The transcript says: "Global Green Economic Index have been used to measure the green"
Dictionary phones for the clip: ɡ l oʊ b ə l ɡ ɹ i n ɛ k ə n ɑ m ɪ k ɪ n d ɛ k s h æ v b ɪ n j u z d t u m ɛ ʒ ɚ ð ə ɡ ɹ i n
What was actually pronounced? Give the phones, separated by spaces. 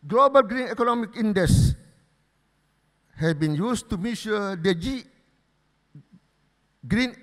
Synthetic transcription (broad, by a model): ɡ l oʊ b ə l ɡ ɹ i n ɛ k ə n ɑ m ɪ k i n d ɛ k s h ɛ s b ɪ n j u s t u m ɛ ʃ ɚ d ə ɡ ɹ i n